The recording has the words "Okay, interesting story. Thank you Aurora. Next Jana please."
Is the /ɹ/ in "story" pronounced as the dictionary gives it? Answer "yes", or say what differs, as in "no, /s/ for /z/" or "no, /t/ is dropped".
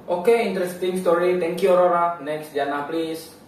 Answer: yes